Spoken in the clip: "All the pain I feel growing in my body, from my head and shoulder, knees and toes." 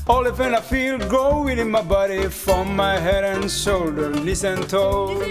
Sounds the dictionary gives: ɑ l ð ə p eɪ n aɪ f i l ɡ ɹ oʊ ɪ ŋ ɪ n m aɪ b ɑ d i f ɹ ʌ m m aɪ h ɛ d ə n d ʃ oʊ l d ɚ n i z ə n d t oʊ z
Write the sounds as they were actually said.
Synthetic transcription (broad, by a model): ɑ l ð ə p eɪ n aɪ f i l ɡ oʊ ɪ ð ɪ n m aɪ b ɑ d i f ɹ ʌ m m aɪ h ɛ d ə n ʃ oʊ l d ɚ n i s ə n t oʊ